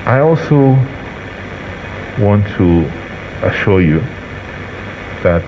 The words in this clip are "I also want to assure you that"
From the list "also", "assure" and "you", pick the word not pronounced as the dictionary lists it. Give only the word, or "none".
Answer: none